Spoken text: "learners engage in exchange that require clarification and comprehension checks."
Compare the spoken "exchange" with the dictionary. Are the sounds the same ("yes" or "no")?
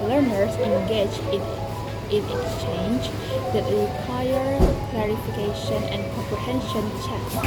yes